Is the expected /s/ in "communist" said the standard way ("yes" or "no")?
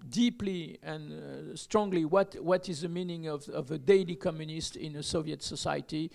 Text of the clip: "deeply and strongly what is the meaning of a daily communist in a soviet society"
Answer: yes